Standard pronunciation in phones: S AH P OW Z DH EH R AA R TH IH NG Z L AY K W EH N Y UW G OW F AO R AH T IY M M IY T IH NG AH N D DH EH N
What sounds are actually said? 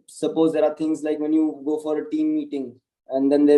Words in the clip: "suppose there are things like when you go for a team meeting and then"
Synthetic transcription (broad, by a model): S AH P OW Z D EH R AA R T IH NG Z L AY K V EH N Y UW G OW F AO R AH T IY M M IY T IH NG AH N D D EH N